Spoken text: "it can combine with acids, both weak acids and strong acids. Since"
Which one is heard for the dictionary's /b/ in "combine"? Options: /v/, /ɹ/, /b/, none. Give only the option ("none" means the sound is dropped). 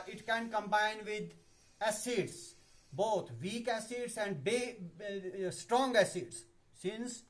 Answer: /b/